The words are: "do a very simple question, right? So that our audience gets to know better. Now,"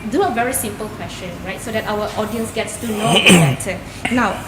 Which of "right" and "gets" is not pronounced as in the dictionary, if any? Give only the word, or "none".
none